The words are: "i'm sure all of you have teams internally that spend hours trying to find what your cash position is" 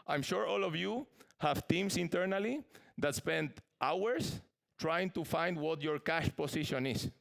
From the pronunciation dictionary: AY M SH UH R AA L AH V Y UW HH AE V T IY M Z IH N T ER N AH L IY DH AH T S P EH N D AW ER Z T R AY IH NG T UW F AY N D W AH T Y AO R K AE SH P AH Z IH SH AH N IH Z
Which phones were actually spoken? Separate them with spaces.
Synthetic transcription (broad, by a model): AY M SH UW R AA L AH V Y UW HH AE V T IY M S IH N T ER N AH L IY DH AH T S P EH N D AW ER S T R AY IH NG T UW F AY N D W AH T Y AO R K AE SH P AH S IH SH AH N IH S